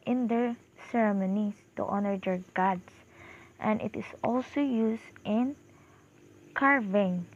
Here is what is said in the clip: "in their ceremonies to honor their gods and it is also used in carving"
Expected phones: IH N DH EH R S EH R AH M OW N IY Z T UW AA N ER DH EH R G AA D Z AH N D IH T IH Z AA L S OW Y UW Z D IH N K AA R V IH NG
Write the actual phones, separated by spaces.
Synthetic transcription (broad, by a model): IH N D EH R S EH R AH M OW N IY S T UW AA N ER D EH R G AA D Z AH N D IH T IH S AA L S OW Y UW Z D IH N K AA R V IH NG